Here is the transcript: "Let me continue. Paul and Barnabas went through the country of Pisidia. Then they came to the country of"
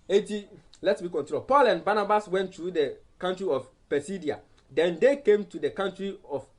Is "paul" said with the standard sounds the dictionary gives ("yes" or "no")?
yes